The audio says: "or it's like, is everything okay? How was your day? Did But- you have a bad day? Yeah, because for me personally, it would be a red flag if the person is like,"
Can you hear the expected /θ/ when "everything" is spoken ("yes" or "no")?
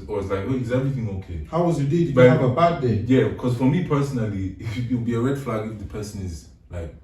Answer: yes